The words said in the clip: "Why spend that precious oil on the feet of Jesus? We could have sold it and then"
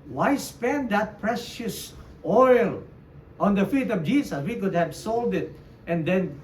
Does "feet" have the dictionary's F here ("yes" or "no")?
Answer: yes